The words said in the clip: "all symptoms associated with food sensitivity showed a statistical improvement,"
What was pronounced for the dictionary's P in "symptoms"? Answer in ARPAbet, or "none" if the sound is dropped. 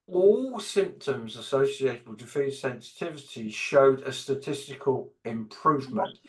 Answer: P